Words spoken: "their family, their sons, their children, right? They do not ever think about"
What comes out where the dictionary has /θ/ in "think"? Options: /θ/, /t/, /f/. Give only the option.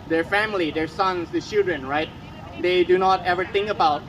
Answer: /t/